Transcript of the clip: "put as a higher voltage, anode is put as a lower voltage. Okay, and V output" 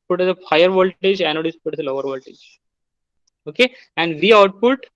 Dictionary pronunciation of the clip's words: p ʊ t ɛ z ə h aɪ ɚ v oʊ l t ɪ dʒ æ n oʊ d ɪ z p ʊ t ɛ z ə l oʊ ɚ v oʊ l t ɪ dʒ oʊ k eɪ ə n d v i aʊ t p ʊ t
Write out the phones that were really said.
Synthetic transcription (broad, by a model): p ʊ t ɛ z ə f aɪ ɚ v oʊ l t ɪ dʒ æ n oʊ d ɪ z p ʊ t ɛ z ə l oʊ ɚ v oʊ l t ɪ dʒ oʊ k eɪ ə n d v i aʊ t p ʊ t